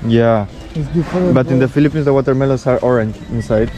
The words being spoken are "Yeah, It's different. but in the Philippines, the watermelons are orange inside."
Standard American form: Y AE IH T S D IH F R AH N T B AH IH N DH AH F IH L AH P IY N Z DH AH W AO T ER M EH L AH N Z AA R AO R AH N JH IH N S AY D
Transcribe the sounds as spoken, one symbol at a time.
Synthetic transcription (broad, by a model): Y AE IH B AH T IH N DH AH F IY L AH P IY N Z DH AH W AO T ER M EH L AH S AA R AO R AH N JH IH N S AY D